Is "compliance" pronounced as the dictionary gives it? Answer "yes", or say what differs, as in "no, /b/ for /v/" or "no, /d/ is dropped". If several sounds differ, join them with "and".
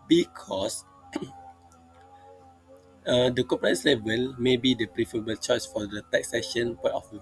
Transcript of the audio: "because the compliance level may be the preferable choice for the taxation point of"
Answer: no, /m/ is dropped and /n/ is dropped